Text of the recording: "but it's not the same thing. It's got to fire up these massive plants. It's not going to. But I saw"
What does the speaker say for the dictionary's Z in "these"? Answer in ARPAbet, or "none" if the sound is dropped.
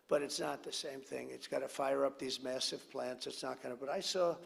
Z